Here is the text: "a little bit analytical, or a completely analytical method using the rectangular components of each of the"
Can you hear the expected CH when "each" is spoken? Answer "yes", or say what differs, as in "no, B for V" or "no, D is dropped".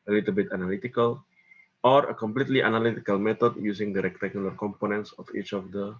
yes